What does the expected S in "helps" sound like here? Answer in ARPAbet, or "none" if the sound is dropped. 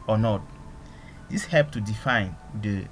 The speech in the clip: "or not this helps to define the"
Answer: none